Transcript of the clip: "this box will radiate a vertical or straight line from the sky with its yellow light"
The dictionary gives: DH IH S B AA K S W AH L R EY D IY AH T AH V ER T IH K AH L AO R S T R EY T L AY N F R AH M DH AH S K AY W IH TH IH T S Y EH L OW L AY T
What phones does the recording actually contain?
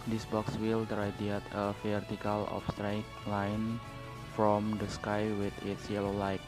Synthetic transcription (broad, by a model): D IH S B AA K S W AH L R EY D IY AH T AH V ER T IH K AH L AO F S T R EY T L AY N F R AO M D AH S K AY W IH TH IH T S Y EH L OW L AY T